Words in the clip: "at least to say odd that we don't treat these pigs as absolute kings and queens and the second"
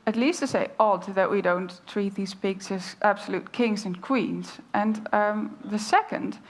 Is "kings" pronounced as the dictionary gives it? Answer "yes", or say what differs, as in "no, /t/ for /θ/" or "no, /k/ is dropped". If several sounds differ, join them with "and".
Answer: yes